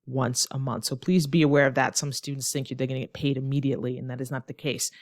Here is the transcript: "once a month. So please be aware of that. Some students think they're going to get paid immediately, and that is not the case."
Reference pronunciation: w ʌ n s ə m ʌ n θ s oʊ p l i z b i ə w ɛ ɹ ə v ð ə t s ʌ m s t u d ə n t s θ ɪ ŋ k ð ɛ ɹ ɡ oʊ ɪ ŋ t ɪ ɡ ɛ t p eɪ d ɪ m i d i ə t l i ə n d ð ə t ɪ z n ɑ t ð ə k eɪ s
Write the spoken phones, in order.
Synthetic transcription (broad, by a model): w ʌ n s ə m ʌ n θ s oʊ p l i z b i ə w ɛ ɹ ə v ð ə t s ʌ m s t u d n t s θ ɪ ŋ k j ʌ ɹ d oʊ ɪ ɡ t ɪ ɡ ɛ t p eɪ d ɪ m i d i ə t l i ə n ð ə t ɪ z n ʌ t ð ə k eɪ s